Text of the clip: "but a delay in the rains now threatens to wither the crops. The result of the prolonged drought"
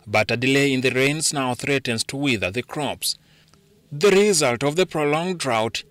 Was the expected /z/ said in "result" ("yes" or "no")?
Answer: yes